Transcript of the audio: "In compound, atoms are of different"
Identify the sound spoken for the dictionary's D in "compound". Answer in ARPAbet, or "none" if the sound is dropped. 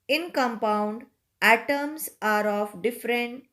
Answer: D